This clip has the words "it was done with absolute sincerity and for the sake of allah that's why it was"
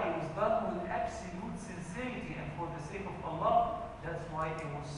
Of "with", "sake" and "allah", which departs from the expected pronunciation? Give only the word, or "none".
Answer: none